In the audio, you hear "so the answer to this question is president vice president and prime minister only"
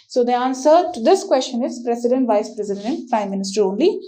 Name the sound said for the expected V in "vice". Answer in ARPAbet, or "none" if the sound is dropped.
V